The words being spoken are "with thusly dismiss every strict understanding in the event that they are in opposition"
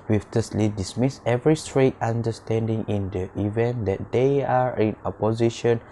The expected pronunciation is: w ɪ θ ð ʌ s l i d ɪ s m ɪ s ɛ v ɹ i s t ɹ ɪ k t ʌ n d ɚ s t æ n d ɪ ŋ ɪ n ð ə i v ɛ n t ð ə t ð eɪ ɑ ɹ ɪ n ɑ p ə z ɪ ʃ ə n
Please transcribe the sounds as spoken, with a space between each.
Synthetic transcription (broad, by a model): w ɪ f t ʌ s l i d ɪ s m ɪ s ɛ v ɹ i s t ɹ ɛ t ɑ n d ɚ s t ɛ n d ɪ ŋ ɪ n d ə i v ɛ n t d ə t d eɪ ɑ ɹ ɪ n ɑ p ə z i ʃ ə n